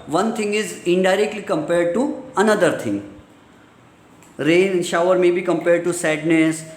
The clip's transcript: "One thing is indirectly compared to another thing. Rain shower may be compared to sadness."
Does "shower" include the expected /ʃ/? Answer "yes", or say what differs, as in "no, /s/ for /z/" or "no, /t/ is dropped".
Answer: yes